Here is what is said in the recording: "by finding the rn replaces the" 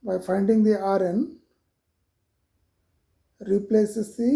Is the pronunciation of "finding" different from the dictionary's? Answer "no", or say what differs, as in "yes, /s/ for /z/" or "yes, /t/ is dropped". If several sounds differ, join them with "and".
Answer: no